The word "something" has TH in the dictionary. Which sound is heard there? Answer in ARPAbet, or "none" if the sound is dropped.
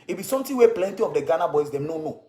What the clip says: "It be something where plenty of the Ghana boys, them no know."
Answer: T